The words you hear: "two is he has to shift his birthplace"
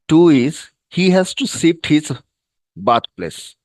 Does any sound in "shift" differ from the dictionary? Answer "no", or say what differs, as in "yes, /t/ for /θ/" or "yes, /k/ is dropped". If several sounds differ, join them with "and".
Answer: yes, /s/ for /ʃ/